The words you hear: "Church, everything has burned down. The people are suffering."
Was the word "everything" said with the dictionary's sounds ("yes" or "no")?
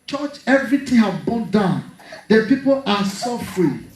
no